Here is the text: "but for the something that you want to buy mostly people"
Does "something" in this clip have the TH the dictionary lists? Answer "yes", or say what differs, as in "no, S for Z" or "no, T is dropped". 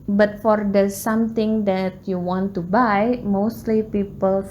no, T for TH